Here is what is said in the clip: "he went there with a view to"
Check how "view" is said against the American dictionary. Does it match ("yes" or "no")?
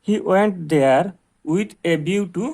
no